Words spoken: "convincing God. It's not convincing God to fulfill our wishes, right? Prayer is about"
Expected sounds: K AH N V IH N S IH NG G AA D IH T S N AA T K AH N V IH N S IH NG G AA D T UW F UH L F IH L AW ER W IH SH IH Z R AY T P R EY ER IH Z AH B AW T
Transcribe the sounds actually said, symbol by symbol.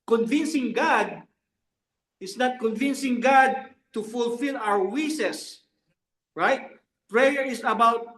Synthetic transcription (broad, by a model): K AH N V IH N S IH NG G AA D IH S N AA T K AH N V IH N S IH NG G AA D T UW F UH L F IH L AW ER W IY S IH S R AY T P R EY ER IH S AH B AW T